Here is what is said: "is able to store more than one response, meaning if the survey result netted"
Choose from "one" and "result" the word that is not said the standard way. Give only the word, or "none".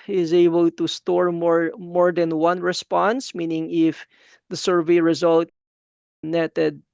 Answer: none